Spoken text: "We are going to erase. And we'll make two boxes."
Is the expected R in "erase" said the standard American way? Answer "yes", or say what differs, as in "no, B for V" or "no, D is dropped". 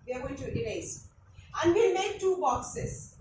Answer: no, L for R